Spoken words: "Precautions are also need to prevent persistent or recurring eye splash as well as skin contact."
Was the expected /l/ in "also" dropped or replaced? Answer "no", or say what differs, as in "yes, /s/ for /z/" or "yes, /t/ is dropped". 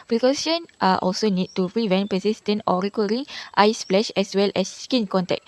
no